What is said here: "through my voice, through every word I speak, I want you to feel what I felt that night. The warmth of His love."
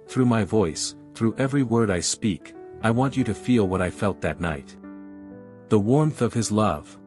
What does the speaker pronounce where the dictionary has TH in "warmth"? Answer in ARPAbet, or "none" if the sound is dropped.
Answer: TH